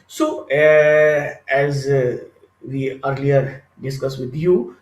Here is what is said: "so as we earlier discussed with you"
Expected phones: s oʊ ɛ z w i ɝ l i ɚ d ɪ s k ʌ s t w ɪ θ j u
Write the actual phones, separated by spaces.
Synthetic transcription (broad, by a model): s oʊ ɛ z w i ɝ l i ɚ d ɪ s k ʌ s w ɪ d j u